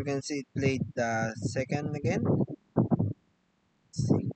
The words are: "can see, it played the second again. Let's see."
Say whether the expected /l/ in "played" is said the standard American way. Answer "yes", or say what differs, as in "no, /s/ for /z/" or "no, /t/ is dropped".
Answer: yes